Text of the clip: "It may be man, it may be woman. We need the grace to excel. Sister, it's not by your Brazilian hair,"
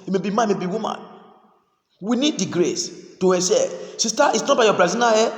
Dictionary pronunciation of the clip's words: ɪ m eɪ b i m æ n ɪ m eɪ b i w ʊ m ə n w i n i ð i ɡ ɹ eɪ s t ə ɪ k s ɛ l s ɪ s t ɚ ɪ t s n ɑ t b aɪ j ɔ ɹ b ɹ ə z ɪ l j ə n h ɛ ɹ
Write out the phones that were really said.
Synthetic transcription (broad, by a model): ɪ m eɪ b i m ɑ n m eɪ b i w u m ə n w i n i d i ɡ ɹ eɪ s t ə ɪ s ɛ s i s t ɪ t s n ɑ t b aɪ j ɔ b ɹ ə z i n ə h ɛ